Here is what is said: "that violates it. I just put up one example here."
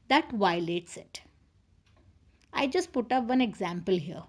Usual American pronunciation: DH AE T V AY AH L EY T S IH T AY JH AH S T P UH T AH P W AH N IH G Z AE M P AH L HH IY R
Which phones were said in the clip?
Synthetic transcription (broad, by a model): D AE T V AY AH L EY T S IH T AY JH AH S T P UH T AH P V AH N IH G Z AE M P AH L HH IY R